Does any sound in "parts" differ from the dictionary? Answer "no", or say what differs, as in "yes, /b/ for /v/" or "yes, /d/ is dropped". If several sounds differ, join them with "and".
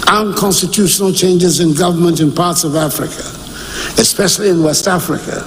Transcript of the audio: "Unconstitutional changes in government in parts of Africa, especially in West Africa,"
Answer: no